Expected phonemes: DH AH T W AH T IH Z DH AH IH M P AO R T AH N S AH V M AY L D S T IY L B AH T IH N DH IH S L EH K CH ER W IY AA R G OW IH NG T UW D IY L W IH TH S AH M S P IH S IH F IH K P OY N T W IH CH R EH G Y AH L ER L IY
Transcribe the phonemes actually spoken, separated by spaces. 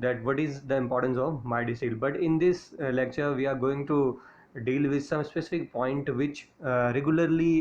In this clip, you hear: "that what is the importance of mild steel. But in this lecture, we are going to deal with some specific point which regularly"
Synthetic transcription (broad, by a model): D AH T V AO T IH Z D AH IH M P AO R T AH N S AH V M AY D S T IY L B AH T IH N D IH S L EH K CH ER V IY AA R G OW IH NG T UW D IY L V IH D S AH M S P IH S IH F IH K P OY N T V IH CH R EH G Y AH L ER L IY